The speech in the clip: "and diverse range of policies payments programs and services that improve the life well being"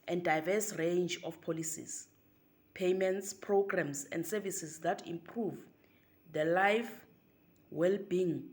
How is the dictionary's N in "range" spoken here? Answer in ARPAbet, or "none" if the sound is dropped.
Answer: N